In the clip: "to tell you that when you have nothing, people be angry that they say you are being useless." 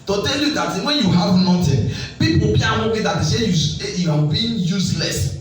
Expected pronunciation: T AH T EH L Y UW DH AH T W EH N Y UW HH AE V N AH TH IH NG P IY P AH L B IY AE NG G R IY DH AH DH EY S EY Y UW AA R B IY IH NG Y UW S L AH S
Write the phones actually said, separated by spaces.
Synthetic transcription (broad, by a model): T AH T EH L Y UW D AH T W EH N Y UW HH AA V N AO T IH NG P IY P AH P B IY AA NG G IY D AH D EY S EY Y UW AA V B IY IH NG Y UW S L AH S